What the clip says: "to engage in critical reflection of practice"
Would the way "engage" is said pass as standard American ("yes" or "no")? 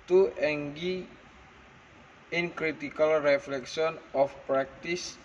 no